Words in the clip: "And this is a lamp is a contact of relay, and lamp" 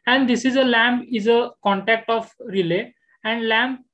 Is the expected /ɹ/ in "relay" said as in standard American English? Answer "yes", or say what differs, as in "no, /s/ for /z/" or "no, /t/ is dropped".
yes